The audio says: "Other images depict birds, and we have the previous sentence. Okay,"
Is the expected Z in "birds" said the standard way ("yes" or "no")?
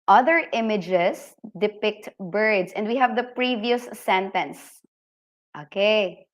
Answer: no